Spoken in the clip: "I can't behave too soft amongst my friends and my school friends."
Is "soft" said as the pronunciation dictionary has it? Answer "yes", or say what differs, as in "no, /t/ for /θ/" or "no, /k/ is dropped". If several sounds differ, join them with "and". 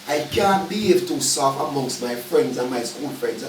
no, /t/ is dropped